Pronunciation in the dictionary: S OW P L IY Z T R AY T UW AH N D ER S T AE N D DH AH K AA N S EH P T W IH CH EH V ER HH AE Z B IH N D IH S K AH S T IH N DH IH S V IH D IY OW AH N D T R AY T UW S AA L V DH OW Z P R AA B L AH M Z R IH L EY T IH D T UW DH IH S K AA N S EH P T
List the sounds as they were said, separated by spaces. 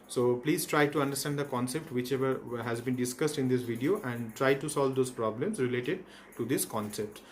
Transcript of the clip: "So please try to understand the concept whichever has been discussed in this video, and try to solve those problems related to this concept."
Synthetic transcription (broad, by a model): S OW P L IY Z T R AY T UW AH N D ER S T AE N D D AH K AA N S EH P T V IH CH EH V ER HH AE Z B IH N D IH S K AH S T IH N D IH S V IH D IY OW AH N D T R AY T UW S AA L V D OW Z P R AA B L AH M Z R IH L EY T IH D T UW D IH S K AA N S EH P T